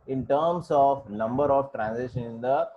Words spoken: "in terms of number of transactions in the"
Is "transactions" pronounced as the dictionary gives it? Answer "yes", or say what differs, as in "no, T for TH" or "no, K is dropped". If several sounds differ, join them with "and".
no, S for Z and K is dropped and Z is dropped